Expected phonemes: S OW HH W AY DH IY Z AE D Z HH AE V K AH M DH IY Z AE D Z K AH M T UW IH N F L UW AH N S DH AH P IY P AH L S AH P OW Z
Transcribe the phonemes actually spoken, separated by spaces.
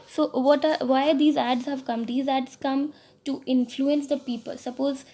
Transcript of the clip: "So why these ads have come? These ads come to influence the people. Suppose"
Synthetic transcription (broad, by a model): S OW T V AY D IY Z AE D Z HH AE V K AH M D IY Z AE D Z K AH M T UW IH N F L UW AH N S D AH P IY P AH L S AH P OW Z